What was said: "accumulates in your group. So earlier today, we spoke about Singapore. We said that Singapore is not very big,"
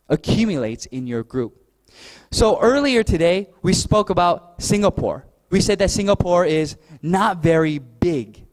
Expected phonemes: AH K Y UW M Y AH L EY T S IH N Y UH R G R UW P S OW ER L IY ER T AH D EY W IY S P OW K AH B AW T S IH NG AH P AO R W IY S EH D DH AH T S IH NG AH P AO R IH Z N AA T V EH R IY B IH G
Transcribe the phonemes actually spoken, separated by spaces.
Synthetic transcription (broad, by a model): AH K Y UW M Y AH L EY T S IH N Y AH R G R UW P S OW ER L IY ER T AH D EY W IY S P OW K AH B AW T S IH NG AH P AO R W IY S EH D DH AH T S IH NG AH P AO R IH Z N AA T V EH R IY B IH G